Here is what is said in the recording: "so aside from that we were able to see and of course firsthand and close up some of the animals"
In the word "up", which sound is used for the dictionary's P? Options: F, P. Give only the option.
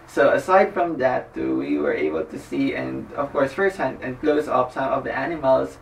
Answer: F